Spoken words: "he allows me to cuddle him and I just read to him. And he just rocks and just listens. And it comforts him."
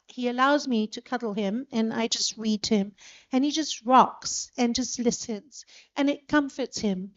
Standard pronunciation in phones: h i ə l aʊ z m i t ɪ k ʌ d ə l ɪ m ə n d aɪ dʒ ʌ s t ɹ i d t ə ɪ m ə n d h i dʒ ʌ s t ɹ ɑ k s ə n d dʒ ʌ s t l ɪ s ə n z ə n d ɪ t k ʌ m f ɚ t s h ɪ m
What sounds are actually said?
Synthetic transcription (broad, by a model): h i ə l aʊ z m i t ɪ k ʌ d l ɪ m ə n aɪ dʒ ʌ s t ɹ i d ɪ m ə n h i dʒ ʌ s t ɹ ɑ k s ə n dʒ ʌ s t l ɪ s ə n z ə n ɪ t k ʌ m f ɚ t s h ɪ m